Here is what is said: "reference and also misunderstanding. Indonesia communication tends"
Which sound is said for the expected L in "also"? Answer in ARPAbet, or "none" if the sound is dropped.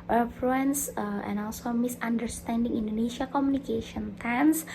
L